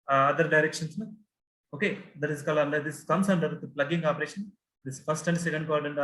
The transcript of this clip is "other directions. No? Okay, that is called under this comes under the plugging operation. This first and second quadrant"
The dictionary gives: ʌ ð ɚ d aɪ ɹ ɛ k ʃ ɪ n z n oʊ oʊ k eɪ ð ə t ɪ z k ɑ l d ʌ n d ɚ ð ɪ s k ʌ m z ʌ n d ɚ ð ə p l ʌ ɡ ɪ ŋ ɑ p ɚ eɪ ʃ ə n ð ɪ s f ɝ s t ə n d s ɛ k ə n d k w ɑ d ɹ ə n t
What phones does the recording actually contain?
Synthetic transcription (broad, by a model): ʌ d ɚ d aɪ ɹ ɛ k ʃ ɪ n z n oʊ oʊ k eɪ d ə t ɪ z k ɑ l ʌ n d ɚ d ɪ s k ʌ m s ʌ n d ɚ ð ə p l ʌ ɡ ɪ ŋ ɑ p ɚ eɪ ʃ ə n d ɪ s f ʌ s t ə n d s ɛ k ə n d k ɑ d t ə n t